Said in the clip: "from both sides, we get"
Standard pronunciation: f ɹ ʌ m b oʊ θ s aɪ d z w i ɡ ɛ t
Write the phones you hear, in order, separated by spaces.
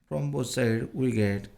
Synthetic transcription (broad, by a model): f ɹ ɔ m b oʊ t s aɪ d w i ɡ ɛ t